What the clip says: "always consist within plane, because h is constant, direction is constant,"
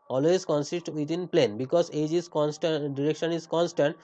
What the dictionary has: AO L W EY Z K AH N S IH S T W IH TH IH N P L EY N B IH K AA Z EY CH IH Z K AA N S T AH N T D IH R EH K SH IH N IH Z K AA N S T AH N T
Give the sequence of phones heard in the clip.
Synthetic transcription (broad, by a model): AO L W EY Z K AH N S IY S T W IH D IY N P L EY N B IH K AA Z EY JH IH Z K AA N S T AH D IH R EH K SH IH N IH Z K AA N S T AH N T